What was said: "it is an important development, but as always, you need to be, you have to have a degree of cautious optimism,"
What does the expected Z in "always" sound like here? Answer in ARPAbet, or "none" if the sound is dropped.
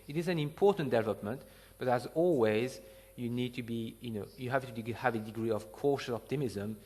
Z